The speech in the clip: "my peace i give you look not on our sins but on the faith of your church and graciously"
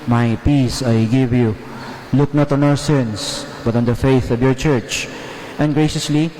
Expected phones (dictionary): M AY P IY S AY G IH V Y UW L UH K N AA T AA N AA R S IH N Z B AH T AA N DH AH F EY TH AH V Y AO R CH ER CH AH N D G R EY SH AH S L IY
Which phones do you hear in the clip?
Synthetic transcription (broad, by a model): M AY P IY S AY G IH V Y UW L UH K N AA T AA N AA R S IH N S B AH T AA N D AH F EY TH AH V Y AO R CH ER CH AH N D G R EY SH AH S L IY